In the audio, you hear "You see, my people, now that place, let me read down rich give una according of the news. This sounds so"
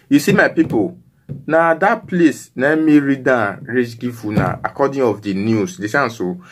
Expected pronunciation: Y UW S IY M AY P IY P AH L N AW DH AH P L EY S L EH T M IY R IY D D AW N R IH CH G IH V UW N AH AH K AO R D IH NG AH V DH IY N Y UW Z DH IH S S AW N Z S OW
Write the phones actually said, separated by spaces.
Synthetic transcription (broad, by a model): Y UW S IY M AY P IY P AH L N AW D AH P L EY S N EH M IY R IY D D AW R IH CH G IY F UW N AH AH K AO D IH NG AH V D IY N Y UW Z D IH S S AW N S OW